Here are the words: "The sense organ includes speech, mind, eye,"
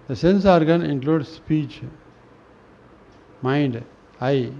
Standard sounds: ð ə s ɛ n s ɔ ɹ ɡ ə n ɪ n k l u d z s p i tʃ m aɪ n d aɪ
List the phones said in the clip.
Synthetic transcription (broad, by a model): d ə s ɛ n s ɔ ɹ ɡ ə n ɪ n k l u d s p i tʃ m aɪ n d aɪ